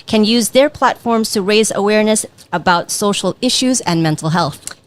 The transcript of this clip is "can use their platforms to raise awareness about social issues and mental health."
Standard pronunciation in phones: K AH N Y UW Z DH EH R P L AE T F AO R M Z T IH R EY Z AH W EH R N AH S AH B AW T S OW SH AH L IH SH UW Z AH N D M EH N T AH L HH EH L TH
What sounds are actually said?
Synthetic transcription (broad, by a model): K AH N Y UW Z DH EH R P L AE T F AO R M Z T IH R EY Z AH W EH R N AH S AH B AW T S OW SH L IH SH UW Z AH N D M EH N T L HH EH L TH